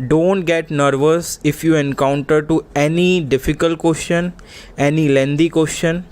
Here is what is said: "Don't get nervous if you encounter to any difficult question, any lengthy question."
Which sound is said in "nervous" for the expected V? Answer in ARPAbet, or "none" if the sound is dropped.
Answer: V